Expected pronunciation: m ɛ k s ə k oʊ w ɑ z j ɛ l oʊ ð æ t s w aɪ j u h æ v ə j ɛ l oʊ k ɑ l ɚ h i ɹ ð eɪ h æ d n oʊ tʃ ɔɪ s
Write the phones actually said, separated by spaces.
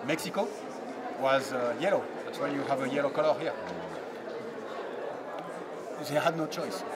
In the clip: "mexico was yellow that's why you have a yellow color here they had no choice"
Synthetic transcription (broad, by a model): m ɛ k s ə k oʊ w ɑ z j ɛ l oʊ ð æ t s w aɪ j u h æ v ə j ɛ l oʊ k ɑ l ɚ h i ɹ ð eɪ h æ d n oʊ tʃ ɔɪ s